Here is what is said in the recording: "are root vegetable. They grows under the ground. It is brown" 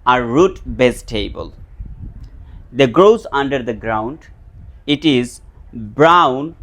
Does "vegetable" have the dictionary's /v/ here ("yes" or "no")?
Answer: no